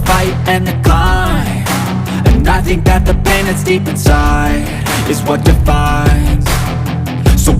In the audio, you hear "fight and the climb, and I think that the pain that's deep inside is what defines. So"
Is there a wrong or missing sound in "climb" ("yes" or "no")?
yes